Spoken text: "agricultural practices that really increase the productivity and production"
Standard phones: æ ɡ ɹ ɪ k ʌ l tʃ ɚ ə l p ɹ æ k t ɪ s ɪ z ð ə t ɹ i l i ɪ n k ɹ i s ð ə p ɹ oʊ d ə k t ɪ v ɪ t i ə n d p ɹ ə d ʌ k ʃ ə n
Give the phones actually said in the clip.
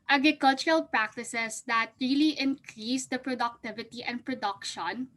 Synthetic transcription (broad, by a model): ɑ ɡ ɹ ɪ k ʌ l tʃ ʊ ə l p ɹ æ k t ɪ s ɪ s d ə t ɹ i l i ɪ n k ɹ i s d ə p ɹ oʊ d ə k t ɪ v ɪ t i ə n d p ɹ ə d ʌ k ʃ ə n